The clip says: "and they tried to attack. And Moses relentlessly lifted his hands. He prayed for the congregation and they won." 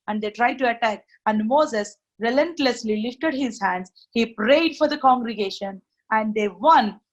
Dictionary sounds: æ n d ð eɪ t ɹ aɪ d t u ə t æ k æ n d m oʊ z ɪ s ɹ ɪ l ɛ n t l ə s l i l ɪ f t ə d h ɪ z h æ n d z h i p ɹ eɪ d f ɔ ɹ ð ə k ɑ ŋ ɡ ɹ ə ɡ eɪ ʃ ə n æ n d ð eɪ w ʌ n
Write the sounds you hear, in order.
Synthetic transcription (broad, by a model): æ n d eɪ t ɹ aɪ d t u ə t æ k æ n d m oʊ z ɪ s ɹ ɪ l ɛ n t l ə s l i l ɪ f t ə d h ɪ z h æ n d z h i p ɹ eɪ d f ɔ ɹ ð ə k ɑ ŋ ɡ ɹ ə ɡ eɪ ʃ ə n æ n d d eɪ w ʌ n